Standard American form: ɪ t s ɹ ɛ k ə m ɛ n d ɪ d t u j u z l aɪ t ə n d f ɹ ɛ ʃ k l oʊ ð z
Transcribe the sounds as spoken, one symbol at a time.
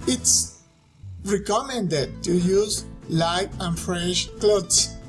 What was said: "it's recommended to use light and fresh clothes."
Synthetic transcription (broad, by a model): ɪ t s ɹ ɛ k ə m ɛ n d ɪ d t u j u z l aɪ t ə n f ɹ ɛ ʃ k l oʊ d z